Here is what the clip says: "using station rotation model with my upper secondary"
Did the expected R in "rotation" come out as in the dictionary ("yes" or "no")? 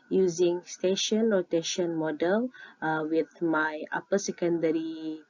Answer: no